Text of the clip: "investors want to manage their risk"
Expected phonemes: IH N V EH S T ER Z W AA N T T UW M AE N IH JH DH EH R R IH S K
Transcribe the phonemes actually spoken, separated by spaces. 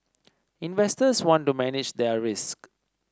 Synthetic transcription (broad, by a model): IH N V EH S T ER S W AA N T T UW M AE N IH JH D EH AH R IH S K